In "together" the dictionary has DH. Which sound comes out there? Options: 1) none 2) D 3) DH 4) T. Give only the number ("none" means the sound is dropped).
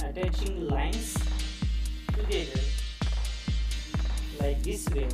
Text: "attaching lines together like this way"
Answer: 1